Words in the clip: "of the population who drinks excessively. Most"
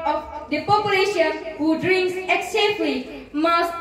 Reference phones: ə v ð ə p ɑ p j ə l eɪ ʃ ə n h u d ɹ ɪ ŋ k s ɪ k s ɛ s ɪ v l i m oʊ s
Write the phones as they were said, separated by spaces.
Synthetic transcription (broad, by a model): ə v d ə p ɑ p j ə l eɪ ʃ ə n h u d ɹ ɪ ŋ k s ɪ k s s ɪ f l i m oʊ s